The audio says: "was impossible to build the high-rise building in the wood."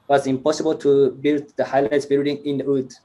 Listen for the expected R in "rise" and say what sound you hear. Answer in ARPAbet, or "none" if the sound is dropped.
L